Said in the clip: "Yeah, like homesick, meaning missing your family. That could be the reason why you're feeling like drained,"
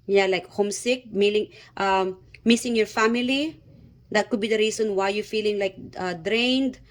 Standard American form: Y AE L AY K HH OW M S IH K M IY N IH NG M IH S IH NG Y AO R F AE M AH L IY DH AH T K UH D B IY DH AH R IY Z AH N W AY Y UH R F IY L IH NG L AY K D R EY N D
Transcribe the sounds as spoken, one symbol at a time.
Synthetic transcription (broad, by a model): Y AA L AY K HH OW M S IH K M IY L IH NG M IH S IH NG Y AO R F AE M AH L IY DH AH T K UH D B IY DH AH R IY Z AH N W AY Y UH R F IY L IH NG L AY K D R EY N D